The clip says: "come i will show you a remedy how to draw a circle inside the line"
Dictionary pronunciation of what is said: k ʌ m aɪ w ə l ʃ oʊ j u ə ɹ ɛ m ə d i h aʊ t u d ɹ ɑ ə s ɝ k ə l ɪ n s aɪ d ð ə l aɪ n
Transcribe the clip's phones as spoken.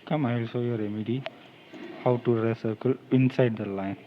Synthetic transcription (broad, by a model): k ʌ m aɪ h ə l s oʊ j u ə ɹ ɛ m ə d i h aʊ t u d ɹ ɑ ə s ɝ k ə l ɪ n s aɪ d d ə l aɪ n